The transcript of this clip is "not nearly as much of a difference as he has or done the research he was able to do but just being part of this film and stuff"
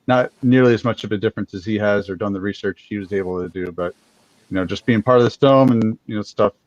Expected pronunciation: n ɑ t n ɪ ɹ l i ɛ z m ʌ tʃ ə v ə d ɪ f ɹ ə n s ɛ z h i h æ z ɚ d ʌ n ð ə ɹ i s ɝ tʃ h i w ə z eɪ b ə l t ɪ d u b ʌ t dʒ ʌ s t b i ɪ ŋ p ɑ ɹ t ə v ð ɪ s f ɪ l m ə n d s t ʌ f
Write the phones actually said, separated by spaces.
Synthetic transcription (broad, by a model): n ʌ t n ɪ ɹ l i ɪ z m ʌ tʃ ə v ə d ɪ f ɹ ə n s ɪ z h i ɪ z ɚ d ʌ n ð ə ɹ i s ɝ tʃ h i w ə z eɪ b l t ɪ d u b ʌ t dʒ ʌ s b i ɪ ŋ p ɑ ɹ t ə v ð ɪ s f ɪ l m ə n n s t ʌ f